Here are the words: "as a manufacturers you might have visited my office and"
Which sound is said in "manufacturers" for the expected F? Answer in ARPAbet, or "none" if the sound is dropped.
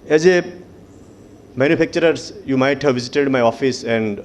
P